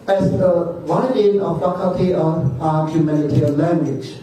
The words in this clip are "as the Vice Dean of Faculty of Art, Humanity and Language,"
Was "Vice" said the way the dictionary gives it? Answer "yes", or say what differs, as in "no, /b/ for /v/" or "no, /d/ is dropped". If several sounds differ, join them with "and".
no, /s/ is dropped